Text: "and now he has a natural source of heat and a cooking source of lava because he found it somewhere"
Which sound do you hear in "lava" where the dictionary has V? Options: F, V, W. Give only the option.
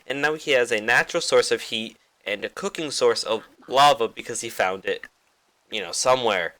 V